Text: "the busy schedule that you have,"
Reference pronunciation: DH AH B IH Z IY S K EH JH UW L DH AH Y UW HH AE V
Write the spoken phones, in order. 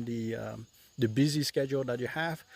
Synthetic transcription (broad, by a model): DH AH B IH Z IY S K EH JH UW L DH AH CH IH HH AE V